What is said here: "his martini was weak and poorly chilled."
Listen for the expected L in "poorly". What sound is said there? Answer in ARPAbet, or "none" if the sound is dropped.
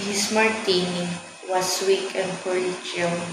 none